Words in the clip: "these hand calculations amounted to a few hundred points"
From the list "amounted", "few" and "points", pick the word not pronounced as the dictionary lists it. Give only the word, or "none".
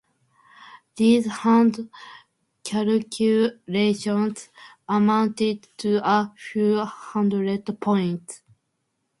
points